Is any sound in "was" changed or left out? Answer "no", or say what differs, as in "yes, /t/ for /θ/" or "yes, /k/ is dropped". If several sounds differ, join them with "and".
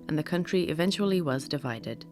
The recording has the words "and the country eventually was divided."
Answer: no